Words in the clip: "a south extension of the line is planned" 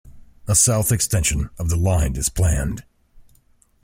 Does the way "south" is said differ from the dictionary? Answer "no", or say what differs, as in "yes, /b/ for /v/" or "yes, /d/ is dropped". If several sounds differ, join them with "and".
no